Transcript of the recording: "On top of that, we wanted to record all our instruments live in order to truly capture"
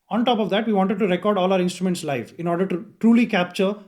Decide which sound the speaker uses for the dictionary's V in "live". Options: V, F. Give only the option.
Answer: F